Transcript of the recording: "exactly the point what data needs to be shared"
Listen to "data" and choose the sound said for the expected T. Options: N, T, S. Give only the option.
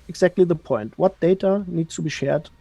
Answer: T